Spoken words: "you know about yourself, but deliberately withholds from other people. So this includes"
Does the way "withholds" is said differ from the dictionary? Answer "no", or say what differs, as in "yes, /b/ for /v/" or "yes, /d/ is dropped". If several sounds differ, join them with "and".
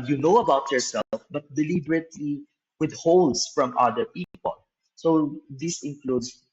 yes, /s/ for /z/